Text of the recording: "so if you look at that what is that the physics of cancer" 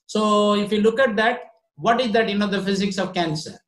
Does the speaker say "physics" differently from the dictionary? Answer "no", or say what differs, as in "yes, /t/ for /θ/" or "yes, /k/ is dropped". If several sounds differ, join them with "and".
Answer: no